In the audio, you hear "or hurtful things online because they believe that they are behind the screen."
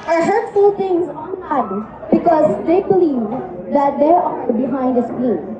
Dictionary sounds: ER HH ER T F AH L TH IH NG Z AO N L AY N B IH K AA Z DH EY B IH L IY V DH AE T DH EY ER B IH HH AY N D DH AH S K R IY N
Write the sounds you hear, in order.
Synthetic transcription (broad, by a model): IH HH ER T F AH L T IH NG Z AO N AY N B IH K AA Z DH EY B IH L IY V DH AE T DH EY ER B IH HH AY N D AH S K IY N